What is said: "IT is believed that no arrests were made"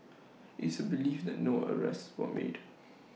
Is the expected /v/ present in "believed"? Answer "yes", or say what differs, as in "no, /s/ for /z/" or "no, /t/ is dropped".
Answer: no, /f/ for /v/